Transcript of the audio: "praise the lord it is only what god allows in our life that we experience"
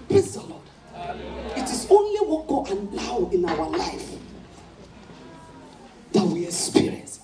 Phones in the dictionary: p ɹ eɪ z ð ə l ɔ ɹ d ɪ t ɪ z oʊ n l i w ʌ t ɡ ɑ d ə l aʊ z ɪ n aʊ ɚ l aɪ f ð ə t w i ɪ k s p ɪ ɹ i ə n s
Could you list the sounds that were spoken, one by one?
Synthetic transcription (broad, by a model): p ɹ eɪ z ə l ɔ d ɪ t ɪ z oʊ n l i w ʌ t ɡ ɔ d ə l aʊ ɪ n aʊ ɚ l aɪ f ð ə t w i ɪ k s p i ɹ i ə n s